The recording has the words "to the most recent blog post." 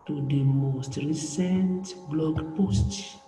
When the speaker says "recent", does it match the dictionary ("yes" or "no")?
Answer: yes